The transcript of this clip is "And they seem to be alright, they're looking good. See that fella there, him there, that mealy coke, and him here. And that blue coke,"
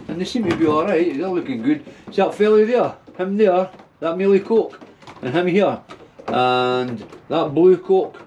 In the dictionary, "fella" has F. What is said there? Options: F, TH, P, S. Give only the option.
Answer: F